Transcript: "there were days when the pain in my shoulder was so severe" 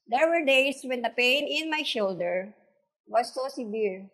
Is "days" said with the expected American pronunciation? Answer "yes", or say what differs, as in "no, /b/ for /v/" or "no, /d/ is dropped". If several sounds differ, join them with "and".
no, /s/ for /z/